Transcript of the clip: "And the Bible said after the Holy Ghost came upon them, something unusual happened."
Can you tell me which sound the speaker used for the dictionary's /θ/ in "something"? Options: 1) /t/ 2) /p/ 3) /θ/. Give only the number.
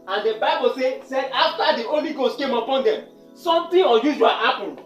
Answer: 1